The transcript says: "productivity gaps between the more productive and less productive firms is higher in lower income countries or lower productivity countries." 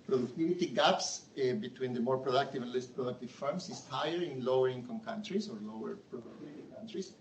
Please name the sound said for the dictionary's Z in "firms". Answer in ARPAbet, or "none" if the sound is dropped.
S